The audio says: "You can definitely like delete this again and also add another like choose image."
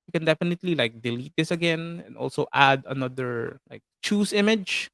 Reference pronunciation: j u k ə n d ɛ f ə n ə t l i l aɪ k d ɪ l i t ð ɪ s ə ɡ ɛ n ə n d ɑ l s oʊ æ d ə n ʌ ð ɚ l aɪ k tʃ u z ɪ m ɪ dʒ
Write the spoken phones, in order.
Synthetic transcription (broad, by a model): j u k ə n d ɛ f ə n ə t l i l aɪ k d ɪ l i t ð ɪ s ə ɡ ɛ n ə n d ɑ l s oʊ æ d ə n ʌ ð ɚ l aɪ k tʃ u s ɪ m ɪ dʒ